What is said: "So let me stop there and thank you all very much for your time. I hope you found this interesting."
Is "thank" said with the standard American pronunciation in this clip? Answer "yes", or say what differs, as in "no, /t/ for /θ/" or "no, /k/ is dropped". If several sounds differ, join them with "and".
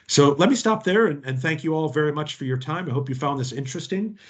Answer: yes